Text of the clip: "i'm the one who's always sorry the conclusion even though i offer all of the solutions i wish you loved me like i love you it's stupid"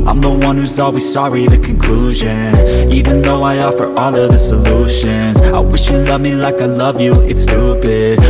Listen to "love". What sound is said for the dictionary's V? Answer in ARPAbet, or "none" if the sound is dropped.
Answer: V